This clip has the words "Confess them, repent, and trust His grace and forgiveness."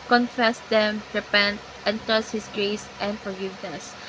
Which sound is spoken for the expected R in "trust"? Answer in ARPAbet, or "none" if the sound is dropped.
none